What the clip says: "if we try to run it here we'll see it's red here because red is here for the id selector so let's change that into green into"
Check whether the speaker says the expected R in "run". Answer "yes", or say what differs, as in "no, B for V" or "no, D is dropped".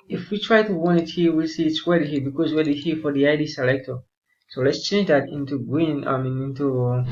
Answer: no, W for R